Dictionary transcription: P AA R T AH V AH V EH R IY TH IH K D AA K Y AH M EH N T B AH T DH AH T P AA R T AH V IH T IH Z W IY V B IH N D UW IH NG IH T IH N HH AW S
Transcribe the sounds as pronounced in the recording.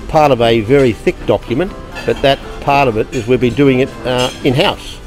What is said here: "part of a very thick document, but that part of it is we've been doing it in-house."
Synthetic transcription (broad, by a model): P AA R T AH V AH V EH R IY TH IH K D AA K Y AH M EH N T B AH T DH AH T P AA R T AH V IH T IH Z W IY B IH D UW IH NG IH T IH N HH AW S